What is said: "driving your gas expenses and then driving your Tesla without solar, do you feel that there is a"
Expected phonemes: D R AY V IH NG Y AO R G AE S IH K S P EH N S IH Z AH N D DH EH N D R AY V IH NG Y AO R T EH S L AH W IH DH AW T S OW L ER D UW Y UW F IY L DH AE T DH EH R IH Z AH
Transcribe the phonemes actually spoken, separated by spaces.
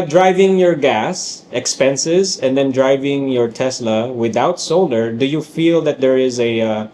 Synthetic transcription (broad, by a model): D R AY V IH NG Y AO R G AE S IH K S P EH N S IH Z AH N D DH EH N D R AY V IH NG Y AO R T EH S L AH W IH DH AW T S OW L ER D UW Y UW F IY L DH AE T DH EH R IH Z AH